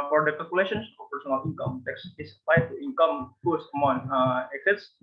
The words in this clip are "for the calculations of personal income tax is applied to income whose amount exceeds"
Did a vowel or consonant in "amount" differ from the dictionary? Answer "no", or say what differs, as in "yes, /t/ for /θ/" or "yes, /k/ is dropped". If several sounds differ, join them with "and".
yes, /t/ is dropped